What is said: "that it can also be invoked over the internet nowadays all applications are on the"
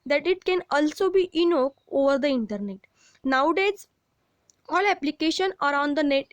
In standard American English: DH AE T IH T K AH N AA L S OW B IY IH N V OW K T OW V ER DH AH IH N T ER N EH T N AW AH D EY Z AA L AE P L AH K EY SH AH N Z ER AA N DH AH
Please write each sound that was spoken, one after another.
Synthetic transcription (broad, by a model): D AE T IH T K AH N AA L S OW B IY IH N OW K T OW V ER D AH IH N T ER N EH T N AW D EY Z AA L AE P L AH K EY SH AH N ER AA N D AH